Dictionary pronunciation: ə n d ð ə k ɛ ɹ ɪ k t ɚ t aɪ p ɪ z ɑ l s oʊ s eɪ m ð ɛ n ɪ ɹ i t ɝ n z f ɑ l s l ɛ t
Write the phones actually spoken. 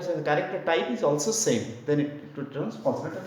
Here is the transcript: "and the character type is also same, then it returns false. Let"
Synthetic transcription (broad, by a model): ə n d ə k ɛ ɹ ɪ k t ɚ t aɪ p ɪ z ɑ l s oʊ s eɪ m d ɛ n ɪ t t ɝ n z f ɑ n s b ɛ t